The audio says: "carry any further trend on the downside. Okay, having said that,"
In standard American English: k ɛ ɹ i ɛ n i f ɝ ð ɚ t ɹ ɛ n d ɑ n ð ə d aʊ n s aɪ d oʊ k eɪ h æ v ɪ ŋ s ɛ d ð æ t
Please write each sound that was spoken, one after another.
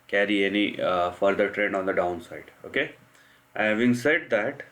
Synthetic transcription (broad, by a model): k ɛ ɹ i ɛ n i f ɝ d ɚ t ɹ ɛ n d ɑ n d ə d aʊ n s aɪ d oʊ k eɪ h æ v ɪ ŋ s ɛ d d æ t